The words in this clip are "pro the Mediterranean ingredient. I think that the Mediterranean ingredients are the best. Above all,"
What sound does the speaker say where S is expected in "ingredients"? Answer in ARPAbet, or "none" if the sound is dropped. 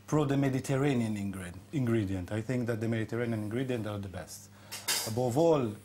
none